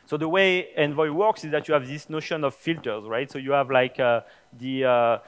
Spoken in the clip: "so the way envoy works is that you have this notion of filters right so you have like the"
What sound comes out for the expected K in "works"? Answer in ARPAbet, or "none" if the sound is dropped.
K